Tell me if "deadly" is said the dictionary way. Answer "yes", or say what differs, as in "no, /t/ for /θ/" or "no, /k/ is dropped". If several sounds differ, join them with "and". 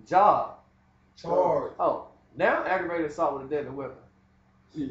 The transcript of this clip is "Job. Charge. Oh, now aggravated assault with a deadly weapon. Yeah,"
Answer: no, /l/ is dropped